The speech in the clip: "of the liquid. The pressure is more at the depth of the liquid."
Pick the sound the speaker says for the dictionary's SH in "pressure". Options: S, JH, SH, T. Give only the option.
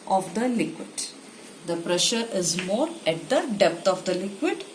SH